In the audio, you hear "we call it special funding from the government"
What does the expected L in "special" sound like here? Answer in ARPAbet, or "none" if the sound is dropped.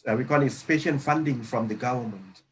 N